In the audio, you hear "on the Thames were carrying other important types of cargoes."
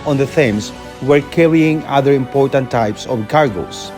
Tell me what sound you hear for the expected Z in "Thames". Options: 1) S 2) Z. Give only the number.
1